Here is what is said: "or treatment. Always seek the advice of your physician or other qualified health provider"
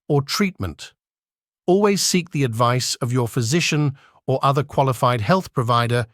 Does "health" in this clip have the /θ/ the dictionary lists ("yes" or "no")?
yes